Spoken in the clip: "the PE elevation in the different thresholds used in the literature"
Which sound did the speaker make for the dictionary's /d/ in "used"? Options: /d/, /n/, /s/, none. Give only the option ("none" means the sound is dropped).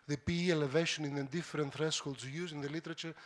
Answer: none